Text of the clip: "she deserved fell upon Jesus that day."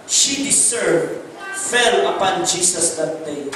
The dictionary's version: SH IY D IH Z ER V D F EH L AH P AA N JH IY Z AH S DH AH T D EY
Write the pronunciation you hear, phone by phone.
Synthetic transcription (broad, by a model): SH IY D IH S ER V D F EH L AH P AA N JH IY S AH S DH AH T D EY